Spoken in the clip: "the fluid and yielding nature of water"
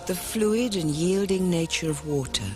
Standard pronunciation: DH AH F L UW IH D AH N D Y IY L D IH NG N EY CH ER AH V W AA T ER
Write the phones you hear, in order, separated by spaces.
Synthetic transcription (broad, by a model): DH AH F L UW IH D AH N Y IY L D IH NG N EY CH ER AH V W AA T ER